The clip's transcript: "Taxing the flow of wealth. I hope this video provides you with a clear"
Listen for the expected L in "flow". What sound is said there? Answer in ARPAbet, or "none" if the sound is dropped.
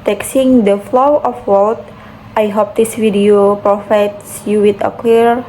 L